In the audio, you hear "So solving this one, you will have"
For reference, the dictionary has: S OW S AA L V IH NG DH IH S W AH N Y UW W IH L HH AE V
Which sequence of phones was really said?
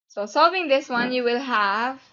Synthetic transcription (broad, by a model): S OW S AA L V IH NG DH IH S W AH N Y UW W IH L HH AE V